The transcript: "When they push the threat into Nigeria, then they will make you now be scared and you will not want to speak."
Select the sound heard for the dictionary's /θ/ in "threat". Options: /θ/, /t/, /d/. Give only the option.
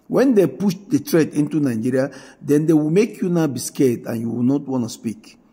/t/